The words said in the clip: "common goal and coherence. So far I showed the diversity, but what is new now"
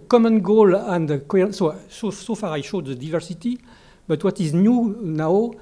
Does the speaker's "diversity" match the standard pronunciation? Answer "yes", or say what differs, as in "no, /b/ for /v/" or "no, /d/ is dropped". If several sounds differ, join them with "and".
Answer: yes